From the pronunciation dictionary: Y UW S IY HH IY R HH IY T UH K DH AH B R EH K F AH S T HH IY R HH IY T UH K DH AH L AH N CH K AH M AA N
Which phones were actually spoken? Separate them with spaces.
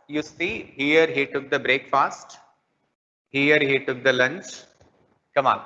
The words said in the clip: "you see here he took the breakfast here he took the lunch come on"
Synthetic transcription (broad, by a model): Y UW S IY HH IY R HH IY T UH K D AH B R EH K F AH S T HH IY R HH IY T UH K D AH L AH N CH K AH M AA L